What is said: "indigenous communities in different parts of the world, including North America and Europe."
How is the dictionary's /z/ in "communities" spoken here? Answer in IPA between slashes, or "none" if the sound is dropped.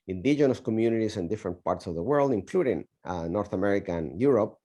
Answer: /s/